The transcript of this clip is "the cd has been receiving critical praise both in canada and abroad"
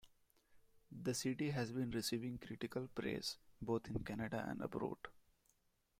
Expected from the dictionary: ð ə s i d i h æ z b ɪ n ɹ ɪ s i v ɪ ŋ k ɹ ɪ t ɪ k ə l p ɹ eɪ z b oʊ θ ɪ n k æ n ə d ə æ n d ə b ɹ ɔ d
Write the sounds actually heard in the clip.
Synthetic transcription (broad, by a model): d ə s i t i h æ z b ɪ n ɹ ɪ s i v ɪ ŋ k ɹ ɪ t ɪ k ə l p ɹ eɪ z b oʊ t ɪ n k æ n ə d ə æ n d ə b ɹ ɔ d